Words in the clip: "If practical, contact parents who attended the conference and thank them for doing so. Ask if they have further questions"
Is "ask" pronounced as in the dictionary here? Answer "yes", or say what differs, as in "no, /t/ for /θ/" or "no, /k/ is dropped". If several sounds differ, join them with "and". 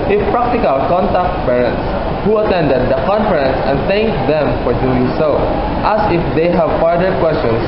no, /k/ is dropped